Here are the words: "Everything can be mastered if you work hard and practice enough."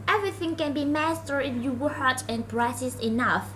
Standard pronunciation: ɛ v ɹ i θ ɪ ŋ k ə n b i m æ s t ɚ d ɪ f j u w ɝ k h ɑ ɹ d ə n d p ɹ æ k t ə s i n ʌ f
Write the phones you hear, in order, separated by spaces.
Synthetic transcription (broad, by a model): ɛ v ɹ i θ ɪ ŋ k ə n b i m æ s t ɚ ɪ f j u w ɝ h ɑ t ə n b ɹ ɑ t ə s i n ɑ f